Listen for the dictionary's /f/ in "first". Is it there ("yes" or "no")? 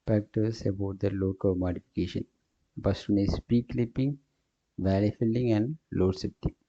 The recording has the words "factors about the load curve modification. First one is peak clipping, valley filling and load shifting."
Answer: no